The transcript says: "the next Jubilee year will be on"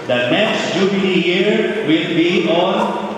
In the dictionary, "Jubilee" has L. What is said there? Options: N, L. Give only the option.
N